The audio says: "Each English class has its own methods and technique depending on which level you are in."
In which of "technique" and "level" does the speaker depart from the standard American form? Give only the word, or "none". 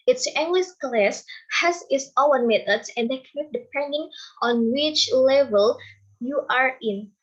technique